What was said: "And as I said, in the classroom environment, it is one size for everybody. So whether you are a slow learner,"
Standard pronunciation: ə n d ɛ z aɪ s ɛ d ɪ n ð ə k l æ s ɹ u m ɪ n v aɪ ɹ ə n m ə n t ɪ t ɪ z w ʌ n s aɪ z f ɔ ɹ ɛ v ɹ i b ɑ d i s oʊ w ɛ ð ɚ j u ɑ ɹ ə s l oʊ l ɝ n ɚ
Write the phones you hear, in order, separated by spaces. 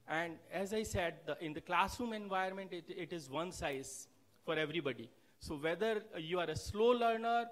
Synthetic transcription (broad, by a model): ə n d ɛ z aɪ s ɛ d ɪ n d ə k l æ s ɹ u m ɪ n v aɪ ə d m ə n t ɪ t ɪ z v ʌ n s aɪ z f ɔ ɹ ɛ v ɹ i b ɑ d i s oʊ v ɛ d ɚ j u ɑ ɹ ə s l oʊ l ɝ n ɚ